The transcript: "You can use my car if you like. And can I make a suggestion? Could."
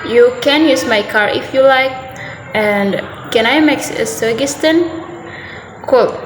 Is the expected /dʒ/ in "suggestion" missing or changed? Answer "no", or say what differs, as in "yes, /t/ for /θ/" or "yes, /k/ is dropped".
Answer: yes, /dʒ/ is dropped